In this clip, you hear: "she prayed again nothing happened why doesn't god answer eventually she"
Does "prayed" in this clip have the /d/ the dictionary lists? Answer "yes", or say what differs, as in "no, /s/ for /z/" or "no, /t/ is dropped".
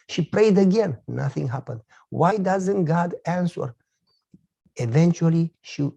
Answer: yes